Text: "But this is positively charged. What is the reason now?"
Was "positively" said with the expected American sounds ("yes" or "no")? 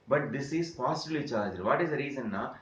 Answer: no